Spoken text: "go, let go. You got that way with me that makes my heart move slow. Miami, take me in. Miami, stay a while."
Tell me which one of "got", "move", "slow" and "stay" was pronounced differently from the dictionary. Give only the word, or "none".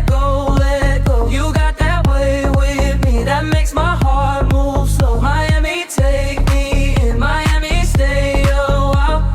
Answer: slow